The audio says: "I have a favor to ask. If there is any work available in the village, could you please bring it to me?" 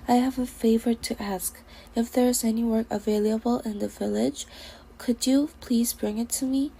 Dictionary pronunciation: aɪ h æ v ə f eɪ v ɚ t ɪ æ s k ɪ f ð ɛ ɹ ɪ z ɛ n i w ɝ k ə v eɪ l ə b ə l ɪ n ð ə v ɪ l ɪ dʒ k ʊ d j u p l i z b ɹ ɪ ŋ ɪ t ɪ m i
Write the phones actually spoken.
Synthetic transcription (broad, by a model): aɪ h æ v ə f eɪ v ɚ t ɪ æ s k ɪ f ð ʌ ɹ ɪ z ɛ n i w ɝ k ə v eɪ l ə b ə l ɪ n ð ə v ɪ l ɪ dʒ k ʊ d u p l i z b ɹ ɪ ŋ ɪ t ɪ m i